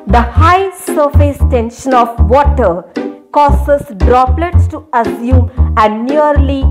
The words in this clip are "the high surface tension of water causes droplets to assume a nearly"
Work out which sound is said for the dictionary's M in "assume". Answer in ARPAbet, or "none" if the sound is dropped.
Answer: none